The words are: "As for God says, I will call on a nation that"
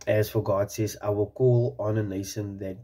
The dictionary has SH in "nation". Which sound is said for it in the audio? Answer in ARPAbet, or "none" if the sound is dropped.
S